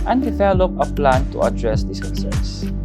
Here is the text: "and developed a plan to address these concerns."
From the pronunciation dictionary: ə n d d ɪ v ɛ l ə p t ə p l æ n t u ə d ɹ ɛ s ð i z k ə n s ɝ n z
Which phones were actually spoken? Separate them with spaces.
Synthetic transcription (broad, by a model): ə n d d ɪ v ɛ l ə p ə p l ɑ n t u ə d ɹ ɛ s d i s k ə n s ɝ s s